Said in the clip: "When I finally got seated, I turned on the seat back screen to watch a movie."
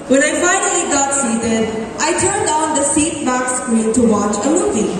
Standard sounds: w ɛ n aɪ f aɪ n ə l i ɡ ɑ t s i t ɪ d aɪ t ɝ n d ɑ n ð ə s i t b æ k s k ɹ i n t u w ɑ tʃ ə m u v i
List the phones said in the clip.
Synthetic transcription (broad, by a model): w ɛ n aɪ f aɪ n ə l i ɡ ɑ t s i t ɪ d aɪ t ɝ n d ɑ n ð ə s i t b æ k s k u l t u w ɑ tʃ ə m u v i